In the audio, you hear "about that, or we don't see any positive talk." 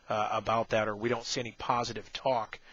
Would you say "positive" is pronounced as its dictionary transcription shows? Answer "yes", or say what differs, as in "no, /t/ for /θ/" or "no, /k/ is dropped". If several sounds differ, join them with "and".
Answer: yes